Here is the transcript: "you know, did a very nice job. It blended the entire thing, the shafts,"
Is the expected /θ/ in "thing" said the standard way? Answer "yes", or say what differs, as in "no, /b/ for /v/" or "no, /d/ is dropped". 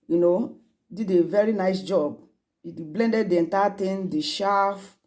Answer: no, /t/ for /θ/